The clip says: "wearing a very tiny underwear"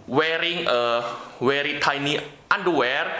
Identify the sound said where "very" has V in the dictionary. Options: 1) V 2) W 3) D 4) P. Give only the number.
2